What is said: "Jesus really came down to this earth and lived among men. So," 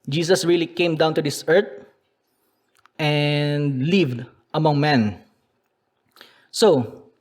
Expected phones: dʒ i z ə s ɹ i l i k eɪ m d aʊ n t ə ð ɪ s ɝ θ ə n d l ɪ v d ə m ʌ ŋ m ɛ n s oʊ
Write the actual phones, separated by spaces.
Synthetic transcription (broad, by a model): dʒ i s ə s ɹ i l i k eɪ m d aʊ n t ə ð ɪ s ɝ t ə n d l ɪ v d ə m ʌ ŋ m ɛ n s oʊ